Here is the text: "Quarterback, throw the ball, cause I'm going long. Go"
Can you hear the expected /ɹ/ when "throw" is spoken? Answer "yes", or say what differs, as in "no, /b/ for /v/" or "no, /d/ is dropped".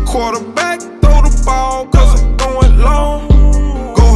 no, /ɹ/ is dropped